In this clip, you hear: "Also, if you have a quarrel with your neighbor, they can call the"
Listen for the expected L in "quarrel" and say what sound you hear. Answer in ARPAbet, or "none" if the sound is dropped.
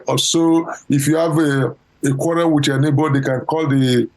N